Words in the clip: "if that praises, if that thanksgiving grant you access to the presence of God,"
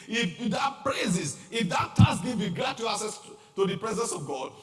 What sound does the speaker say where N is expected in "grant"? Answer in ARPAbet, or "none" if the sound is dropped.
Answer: none